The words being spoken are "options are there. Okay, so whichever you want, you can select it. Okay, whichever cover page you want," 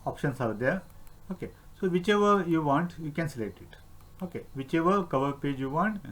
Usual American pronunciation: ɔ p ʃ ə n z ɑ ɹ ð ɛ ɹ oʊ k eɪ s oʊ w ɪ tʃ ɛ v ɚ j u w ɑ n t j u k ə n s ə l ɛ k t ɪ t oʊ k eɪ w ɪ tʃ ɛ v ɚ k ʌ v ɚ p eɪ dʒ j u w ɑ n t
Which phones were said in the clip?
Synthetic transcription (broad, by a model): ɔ p ʃ ə n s ɑ ɹ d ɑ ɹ oʊ k eɪ s oʊ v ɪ tʃ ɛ v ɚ j u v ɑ n t j u k ə n s ə l ɛ k t ɪ t oʊ k eɪ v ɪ tʃ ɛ v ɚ k ʌ v ɚ p eɪ dʒ j u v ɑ n t